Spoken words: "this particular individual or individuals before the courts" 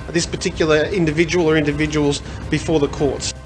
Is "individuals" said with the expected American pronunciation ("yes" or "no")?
yes